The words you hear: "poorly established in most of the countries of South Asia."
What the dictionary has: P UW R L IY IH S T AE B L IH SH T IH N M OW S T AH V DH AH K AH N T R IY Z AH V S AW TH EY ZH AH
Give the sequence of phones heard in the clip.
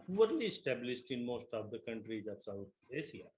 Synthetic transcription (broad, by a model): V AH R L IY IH S T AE B L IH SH T IH N M OW S T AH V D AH K AH N T R IY Z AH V S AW T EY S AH